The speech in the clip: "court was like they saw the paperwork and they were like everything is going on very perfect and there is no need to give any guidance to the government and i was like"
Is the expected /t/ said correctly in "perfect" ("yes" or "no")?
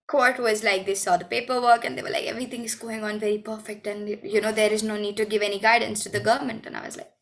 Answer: yes